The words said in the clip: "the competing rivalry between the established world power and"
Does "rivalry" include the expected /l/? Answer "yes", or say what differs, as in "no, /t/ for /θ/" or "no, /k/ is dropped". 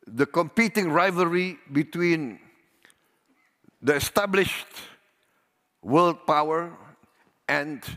no, /l/ is dropped